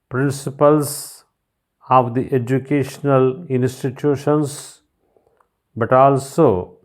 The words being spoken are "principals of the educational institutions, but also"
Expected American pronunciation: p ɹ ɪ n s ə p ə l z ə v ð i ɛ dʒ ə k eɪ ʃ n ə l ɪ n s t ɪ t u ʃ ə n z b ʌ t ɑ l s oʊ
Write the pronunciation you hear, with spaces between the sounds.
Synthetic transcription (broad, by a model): p ɹ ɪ n s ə p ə l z ə v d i ɛ dʒ ə k eɪ ʃ n ə l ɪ n s t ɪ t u ʃ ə n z b ʌ t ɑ l s oʊ